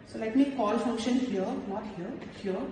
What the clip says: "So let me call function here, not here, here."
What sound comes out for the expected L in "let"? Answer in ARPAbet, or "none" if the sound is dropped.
L